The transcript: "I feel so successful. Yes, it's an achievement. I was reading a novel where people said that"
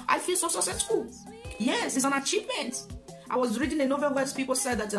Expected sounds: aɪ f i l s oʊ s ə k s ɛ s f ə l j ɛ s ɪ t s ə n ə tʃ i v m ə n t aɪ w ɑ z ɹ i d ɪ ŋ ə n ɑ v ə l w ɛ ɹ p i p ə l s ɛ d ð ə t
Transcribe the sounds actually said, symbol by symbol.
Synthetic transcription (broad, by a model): aɪ f i l s oʊ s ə s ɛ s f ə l j ɛ s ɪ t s ə n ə tʃ i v m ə n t aɪ w ɑ z ɹ i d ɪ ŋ ə n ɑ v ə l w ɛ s p i p ə l s ɛ d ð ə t